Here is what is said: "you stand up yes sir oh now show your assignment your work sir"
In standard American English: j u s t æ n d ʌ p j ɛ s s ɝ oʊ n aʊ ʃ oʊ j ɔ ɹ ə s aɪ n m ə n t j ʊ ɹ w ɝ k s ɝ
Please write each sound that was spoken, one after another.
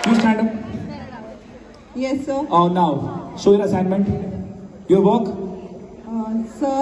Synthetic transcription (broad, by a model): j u s t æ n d ʌ p j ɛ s s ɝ oʊ n aʊ s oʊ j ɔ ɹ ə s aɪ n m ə n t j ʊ ɹ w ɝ k s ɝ